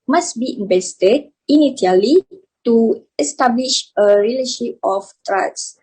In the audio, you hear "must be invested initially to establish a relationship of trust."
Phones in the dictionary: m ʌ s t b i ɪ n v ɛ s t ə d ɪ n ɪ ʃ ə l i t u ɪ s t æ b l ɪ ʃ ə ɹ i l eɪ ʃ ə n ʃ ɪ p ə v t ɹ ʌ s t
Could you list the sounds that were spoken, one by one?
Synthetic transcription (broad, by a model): m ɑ s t b i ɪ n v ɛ s t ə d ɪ n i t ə l i t u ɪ s t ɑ b l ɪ ʃ ə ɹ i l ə ʃ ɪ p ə f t ɹ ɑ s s